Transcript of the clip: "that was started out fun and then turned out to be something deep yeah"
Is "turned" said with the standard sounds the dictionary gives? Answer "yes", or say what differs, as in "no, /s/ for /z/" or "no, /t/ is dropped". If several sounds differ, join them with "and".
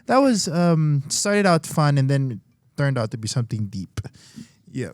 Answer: yes